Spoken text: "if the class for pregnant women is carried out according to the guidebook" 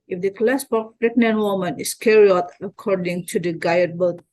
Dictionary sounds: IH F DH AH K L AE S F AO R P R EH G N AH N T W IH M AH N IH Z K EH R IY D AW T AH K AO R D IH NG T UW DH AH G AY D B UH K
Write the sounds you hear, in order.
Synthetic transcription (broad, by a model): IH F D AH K L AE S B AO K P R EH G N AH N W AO M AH N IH S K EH R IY AO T AH K AO R D IH NG T UW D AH G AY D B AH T